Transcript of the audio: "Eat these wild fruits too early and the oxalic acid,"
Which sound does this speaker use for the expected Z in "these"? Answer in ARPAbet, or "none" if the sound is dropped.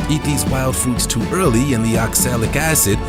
Z